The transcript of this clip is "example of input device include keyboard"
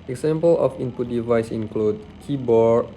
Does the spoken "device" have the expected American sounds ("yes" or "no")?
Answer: yes